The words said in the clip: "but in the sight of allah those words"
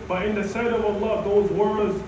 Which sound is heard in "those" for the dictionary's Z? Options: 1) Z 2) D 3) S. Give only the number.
1